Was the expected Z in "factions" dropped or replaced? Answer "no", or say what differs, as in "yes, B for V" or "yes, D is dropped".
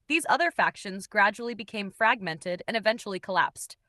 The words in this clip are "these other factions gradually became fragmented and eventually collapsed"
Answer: no